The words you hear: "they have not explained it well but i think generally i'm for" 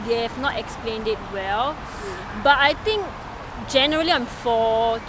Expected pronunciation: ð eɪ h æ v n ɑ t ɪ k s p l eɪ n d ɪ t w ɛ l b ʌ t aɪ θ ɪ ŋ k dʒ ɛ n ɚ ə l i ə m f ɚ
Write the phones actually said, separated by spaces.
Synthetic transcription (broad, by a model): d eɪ h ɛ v n ɑ t ɪ k s p l eɪ n d ɪ t w ɛ l b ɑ t aɪ t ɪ ŋ k dʒ ɛ n ɚ ə l i ə m f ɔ